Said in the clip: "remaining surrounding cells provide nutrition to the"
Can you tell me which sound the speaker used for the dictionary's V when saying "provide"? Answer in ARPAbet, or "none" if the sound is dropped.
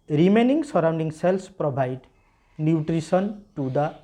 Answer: B